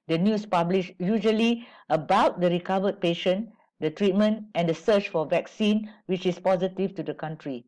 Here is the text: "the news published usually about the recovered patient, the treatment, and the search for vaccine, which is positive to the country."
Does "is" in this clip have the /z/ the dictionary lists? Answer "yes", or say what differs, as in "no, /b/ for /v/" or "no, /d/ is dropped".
no, /s/ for /z/